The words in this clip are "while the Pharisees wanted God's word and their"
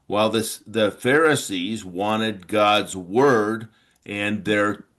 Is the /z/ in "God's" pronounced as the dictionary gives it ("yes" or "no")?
yes